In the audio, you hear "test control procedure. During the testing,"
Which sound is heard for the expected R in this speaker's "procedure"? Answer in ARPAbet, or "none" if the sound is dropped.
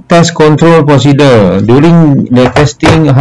none